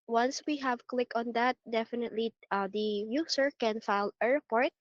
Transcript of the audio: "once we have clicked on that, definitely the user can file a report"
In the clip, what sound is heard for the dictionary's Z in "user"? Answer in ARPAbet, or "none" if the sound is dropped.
S